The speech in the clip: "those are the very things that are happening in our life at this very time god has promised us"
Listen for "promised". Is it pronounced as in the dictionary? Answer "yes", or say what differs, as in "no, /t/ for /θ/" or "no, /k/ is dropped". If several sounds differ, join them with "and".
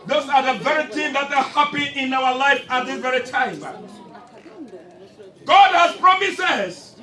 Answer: no, /t/ is dropped